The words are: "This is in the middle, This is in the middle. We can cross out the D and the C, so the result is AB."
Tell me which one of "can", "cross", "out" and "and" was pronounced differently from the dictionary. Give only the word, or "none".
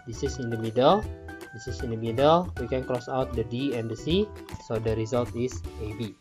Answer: none